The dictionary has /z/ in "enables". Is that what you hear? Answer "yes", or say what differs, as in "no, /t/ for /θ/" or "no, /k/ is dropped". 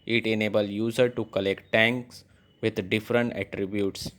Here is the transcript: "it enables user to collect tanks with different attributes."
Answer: no, /z/ is dropped